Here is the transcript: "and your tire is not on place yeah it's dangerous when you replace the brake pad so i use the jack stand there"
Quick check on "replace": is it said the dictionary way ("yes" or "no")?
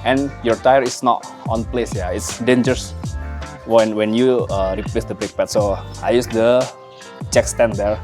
yes